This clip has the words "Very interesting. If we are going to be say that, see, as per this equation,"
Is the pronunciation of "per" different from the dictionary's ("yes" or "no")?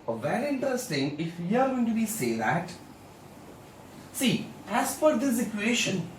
yes